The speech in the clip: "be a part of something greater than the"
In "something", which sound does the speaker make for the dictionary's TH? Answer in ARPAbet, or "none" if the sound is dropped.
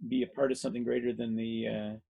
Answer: TH